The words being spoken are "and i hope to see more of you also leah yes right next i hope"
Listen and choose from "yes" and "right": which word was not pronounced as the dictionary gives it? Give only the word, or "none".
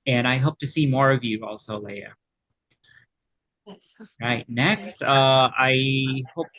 yes